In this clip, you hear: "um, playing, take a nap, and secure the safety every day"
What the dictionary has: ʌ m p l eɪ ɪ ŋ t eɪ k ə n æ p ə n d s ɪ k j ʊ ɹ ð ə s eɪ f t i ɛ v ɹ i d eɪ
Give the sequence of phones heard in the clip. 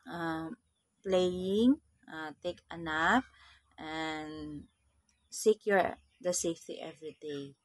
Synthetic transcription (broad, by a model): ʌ m p l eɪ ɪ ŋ t eɪ k ə n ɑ f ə n s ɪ k j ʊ ɹ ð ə s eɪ f t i ɛ v ɹ i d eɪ